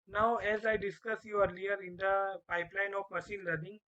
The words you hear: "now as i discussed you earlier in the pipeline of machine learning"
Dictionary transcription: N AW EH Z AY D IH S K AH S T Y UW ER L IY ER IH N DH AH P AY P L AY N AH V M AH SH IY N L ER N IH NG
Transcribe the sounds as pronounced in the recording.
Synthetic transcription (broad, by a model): N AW EH Z AY D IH S K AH S Y UW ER L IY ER IH N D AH P AY P L AY N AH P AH S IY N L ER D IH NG